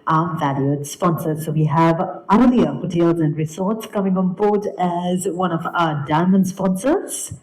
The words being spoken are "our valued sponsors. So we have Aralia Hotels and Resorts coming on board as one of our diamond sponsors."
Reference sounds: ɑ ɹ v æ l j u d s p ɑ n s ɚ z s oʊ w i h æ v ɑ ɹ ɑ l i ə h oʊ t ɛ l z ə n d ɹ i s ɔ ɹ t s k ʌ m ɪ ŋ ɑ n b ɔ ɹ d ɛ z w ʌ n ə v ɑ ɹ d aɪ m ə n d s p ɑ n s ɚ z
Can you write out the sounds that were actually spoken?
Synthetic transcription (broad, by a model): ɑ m v æ l j u d s p ɑ n s ɚ z s oʊ w i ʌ v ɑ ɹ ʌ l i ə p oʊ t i l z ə n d ɹ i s ɔ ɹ t s k ʌ m ɪ ŋ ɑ n b ɔ ɹ d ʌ z w ʌ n ə v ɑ d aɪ m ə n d s p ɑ n s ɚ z